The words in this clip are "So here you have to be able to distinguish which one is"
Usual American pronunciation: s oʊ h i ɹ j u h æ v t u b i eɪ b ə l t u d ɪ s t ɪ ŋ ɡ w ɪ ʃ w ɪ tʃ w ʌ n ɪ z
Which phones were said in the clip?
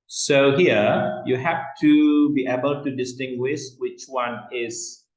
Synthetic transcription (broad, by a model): s oʊ h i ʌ j u h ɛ f t u b i eɪ b ə l t u d ɪ s t ɪ ŋ ɡ w ɪ ʃ w ɪ tʃ w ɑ n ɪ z